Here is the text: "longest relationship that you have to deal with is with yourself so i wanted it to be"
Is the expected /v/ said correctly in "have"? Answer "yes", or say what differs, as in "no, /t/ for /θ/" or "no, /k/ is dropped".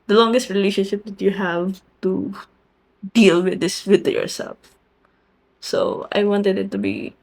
yes